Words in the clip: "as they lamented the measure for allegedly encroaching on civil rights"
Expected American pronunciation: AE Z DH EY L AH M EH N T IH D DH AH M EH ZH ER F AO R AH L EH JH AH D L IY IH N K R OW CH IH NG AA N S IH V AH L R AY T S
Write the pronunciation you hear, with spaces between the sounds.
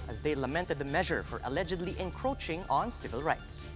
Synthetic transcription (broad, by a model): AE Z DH EY L AH M EH N T IH D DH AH M EH ZH ER F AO R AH L EH JH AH D L IY IH N K R OW CH IH NG AA N S IH V AH L R AY T S